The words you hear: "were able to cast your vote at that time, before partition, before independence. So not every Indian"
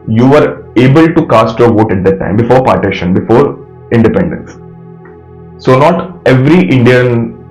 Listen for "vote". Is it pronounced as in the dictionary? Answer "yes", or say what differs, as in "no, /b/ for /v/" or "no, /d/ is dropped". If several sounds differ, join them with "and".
yes